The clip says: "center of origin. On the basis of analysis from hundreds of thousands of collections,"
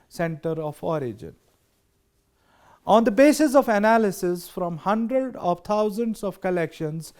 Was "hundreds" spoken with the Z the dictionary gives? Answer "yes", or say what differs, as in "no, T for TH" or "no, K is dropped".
no, Z is dropped